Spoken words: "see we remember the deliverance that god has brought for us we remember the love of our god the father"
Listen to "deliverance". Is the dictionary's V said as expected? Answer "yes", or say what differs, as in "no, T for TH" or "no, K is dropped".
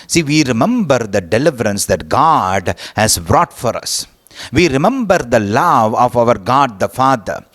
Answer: yes